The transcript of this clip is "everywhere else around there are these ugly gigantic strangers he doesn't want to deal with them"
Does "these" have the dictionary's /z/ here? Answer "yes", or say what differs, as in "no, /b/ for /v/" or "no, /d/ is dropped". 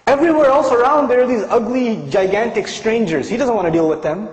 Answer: yes